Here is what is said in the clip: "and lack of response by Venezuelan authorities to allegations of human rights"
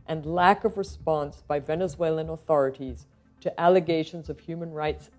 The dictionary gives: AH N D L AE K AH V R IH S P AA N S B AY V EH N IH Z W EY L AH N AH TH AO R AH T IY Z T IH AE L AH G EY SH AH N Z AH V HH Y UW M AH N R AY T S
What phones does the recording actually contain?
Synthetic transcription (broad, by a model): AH N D L AE K AH V R IH S P AA N S B AY V EH N IH Z W EY L AH N AH TH AO R AH T IY Z T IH AE L AH G EY SH AH N Z AH V HH Y UW M AH N R AY T S